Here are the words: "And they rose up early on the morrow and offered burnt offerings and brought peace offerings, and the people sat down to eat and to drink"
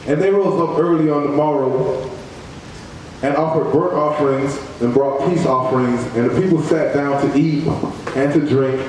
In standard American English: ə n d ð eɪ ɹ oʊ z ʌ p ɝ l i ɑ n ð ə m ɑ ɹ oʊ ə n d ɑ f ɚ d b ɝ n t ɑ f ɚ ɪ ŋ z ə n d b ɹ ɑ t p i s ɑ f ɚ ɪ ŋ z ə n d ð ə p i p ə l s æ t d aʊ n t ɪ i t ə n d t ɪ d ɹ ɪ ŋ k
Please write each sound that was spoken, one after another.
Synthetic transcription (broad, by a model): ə n ð eɪ ɹ oʊ z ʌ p ɝ l i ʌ n ð ə m ɑ ɹ oʊ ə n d ɑ f ɚ d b ɝ t ɑ f ɚ ɪ ŋ z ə n b ɹ ɑ t p i s ɑ f ɚ ɪ ŋ z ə n ð ə p i p l s æ t d aʊ n t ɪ i t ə n t ɪ d ɹ ɪ ŋ k